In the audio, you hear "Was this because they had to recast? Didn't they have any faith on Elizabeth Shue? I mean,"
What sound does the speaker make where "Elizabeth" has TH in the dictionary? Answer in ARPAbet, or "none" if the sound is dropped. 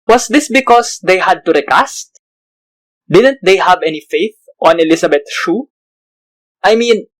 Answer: T